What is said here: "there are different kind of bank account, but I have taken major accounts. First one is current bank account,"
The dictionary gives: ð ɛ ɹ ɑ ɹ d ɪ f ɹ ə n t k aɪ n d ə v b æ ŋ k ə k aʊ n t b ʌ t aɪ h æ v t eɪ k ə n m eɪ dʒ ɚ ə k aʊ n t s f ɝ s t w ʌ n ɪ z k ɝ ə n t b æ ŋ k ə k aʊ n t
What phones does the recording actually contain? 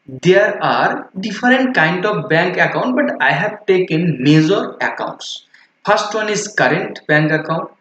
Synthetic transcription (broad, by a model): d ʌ ɹ ɑ ɹ d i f ɹ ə n t k aɪ n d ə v b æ ŋ k ə k aʊ n t b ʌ t aɪ h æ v t eɪ k ə n m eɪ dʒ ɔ ə k aʊ n t s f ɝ s t w ʌ n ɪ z k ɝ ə n t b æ ŋ k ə k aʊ n t